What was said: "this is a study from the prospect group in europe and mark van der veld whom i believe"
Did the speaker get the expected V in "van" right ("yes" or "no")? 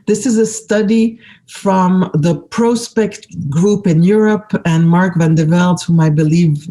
yes